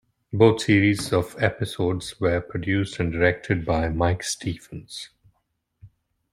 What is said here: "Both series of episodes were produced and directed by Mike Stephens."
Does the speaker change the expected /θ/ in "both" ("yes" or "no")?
yes